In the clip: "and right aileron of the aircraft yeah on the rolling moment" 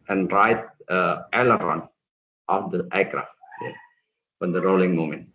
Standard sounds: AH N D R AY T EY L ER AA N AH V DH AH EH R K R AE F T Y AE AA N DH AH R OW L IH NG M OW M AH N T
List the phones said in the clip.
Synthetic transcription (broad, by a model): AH N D R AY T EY L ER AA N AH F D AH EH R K R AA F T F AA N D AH R OW L IH NG M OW M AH N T